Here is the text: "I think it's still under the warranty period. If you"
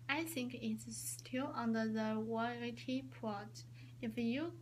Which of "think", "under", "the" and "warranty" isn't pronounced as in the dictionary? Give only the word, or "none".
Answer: warranty